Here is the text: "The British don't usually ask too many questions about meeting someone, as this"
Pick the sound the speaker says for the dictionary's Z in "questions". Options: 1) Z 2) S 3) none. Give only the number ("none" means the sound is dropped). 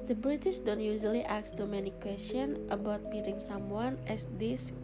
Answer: 3